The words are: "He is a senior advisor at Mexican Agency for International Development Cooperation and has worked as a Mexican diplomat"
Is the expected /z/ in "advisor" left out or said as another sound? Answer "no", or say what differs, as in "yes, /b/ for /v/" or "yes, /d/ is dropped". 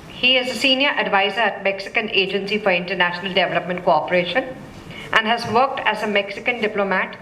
no